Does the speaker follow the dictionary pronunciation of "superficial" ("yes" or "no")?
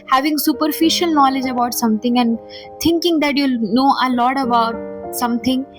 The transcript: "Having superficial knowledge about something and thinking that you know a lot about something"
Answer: yes